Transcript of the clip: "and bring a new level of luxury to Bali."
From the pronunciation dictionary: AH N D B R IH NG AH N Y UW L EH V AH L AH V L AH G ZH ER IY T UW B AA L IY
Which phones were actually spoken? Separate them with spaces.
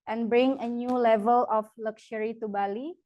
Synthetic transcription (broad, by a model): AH N B R IH NG AH N Y UW L EH V AH L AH F L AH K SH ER IY T UW B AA L IY